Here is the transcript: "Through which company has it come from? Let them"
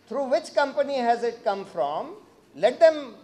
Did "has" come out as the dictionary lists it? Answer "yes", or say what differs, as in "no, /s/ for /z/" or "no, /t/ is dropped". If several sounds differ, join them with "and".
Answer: yes